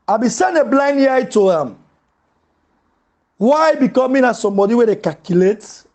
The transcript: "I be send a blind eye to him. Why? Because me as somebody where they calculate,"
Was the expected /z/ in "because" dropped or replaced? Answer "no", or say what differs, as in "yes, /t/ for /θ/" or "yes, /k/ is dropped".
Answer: yes, /z/ is dropped